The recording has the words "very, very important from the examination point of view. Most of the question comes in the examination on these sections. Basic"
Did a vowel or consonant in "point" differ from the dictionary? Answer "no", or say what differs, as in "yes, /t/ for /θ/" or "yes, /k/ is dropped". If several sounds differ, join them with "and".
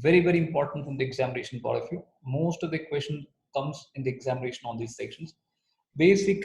yes, /n/ is dropped